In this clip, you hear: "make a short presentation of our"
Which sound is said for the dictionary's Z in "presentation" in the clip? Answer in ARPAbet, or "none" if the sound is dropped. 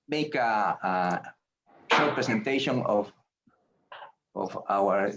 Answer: S